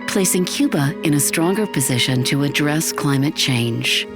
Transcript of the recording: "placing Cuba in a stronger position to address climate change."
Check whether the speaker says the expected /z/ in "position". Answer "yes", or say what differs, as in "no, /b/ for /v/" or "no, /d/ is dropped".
yes